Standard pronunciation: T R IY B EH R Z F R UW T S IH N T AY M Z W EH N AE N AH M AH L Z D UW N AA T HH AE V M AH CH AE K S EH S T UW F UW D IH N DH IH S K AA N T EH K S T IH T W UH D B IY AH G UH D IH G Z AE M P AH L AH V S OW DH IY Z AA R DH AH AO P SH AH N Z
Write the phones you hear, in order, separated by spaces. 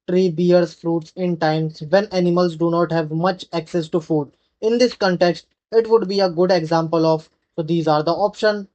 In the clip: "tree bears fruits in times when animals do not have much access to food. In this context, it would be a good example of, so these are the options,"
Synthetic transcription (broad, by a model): T R IY B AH R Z F R UW T S IH N T AY M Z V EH N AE N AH M AH L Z D UW N AA T HH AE V M AH CH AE K S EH S T UW F UW D IH N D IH S K AA N T EH K S T IH T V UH D B IY AH G UH D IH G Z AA M P AH L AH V S OW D IY Z AA R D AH AO P SH AH N